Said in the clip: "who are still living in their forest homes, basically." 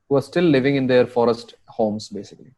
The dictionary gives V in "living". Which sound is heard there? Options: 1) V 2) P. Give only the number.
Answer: 1